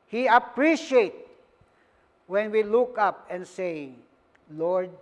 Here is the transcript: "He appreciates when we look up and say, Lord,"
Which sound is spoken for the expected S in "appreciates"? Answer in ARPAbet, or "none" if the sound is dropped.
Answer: none